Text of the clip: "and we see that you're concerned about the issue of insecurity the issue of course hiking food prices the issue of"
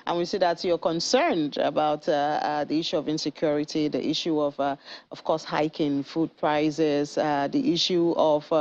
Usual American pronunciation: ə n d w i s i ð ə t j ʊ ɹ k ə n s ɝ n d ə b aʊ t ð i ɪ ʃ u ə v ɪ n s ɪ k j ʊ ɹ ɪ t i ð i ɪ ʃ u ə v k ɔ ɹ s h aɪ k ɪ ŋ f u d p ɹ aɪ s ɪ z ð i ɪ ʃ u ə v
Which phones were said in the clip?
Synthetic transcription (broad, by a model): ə n w i s i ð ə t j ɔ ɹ k ə n s ɝ n d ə b aʊ t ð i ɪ ʃ u ə v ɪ n s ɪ k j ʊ ɹ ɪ t i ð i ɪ ʃ u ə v k ɔ s h aɪ k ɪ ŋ f u d p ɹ aɪ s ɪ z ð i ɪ ʃ u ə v